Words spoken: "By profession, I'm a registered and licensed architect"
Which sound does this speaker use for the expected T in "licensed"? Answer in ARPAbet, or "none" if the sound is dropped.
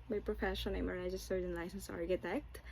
none